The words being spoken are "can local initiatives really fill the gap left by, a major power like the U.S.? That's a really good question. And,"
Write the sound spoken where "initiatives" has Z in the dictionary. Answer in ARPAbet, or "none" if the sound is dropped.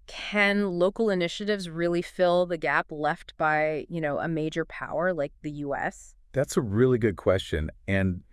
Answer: Z